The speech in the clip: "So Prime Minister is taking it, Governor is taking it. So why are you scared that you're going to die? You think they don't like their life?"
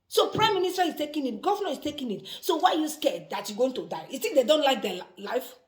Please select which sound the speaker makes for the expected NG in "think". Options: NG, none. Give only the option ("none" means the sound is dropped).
none